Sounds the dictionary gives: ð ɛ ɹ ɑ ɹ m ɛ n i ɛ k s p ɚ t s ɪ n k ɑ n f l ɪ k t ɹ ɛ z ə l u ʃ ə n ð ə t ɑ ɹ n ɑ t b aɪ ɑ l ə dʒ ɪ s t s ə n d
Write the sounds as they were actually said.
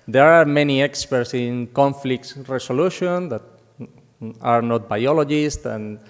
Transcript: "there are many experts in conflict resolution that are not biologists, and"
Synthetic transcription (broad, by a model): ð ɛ ɹ ɑ ɹ m ɛ n i ɛ k s p ɚ t s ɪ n k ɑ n f l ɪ k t ɹ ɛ s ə l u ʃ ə n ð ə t ɑ ɹ n ɑ t b aɪ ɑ l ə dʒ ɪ s t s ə n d